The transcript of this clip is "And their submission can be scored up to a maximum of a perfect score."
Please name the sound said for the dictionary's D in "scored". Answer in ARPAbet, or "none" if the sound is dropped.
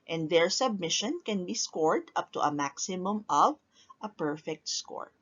D